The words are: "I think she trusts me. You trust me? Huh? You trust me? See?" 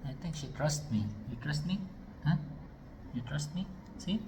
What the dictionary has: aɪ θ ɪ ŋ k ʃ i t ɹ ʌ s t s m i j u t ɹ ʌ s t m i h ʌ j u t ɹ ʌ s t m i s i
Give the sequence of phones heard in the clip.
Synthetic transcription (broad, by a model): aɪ t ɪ ŋ k ʃ i t ɹ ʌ s t m i j u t ɹ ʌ s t m i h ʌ j u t ɹ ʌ s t m i s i